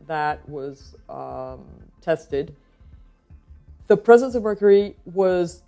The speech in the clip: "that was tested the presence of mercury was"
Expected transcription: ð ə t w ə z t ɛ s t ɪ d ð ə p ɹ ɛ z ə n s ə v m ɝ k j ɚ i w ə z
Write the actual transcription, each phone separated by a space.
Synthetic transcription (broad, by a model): ð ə t w ə z t ɛ s t ɪ d ð ə p ɹ ɛ z ə n s ə v m ɝ k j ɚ i w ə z